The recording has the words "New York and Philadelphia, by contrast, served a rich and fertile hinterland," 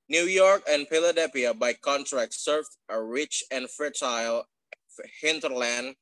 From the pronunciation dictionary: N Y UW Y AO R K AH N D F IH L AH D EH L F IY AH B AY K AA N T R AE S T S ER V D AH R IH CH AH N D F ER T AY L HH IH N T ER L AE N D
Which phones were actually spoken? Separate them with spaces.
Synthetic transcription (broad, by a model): N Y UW Y AO R K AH N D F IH L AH D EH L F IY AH B AY K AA N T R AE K S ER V AH R IH CH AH N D F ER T AY L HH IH N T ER L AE N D